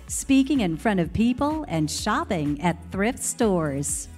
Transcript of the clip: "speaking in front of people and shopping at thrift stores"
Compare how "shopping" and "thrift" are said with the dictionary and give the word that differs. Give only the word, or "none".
none